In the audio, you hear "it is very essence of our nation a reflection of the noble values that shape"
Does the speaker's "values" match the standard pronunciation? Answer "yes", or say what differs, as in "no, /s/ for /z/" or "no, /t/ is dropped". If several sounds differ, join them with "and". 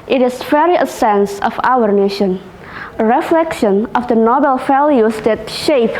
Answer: no, /f/ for /v/